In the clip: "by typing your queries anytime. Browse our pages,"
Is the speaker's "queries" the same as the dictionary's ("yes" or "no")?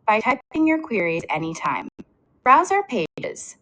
yes